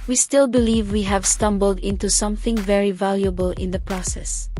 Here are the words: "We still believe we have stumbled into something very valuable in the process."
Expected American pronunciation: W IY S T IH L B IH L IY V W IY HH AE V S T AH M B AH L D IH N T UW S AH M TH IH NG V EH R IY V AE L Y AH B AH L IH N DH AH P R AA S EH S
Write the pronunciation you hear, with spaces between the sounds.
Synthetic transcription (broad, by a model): W IY S T IH L B IH L IY V W IY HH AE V S T AH M B AH L D IH N T UW S AH M TH IH NG V EH R IY V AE L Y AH B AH L IH N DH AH P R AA S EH S